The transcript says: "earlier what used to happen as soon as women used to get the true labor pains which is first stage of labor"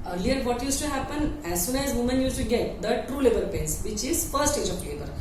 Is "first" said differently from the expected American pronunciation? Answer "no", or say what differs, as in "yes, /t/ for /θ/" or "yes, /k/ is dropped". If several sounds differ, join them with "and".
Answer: yes, /s/ is dropped